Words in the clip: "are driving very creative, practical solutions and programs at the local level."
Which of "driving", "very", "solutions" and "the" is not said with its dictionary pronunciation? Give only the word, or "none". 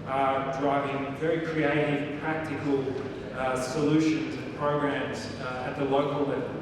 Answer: none